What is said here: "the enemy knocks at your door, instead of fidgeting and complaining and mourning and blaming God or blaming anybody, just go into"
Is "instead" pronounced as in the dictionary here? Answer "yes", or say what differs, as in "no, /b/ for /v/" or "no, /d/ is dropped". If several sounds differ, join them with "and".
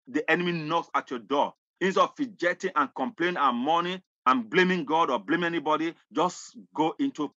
no, /d/ is dropped